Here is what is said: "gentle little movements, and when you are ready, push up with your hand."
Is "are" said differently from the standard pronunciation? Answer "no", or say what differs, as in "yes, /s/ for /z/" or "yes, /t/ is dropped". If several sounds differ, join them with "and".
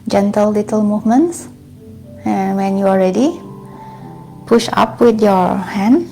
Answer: yes, /l/ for /ɹ/